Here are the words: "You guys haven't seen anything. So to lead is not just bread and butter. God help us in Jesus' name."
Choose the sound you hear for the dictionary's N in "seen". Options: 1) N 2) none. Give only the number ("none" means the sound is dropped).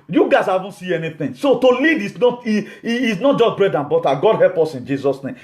2